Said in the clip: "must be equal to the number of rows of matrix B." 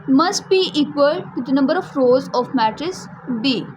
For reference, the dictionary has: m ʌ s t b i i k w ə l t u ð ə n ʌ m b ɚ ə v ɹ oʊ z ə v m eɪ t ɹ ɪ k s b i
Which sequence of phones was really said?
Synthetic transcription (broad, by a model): m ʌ s t b i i k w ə l t u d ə n ʌ m b ɚ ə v ɹ oʊ z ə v m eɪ t ɹ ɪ s b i